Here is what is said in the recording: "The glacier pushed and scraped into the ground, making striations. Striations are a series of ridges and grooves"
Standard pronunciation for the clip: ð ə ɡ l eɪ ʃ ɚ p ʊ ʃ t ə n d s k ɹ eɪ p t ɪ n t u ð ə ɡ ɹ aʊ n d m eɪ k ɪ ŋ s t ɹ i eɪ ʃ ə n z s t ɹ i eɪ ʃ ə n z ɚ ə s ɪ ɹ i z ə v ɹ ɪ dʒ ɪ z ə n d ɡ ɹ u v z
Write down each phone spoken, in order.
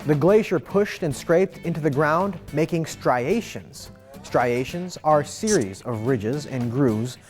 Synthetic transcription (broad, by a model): ð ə ɡ l eɪ ʃ ɚ p ʊ ʃ t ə n s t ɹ eɪ p t ɪ n t u ð ə ɡ ɹ aʊ n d m eɪ k ɪ ŋ s t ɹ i eɪ ʃ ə n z s t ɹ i eɪ ʃ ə n z ɚ s ɪ ɹ i z ə v ɹ ɪ dʒ ɪ z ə n ɡ ɹ u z